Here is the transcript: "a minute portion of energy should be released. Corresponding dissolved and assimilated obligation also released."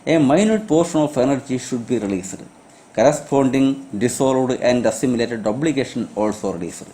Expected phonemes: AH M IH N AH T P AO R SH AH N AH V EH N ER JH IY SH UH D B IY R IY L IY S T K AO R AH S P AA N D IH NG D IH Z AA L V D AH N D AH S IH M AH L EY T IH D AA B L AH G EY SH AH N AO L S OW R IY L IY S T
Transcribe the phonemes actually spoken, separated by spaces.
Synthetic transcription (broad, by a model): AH M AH N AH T P AO R SH AH N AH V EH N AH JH IY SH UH D B IY R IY L IY S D K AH R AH S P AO N D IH NG D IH S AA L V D AH N D AH S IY M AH L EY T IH D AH B L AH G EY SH AH N AO L S OW R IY L IY S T